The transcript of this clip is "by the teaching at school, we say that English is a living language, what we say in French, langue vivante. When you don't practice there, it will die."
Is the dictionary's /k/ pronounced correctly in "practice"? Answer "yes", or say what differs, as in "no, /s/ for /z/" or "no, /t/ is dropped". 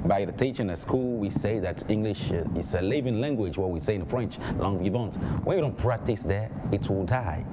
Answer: yes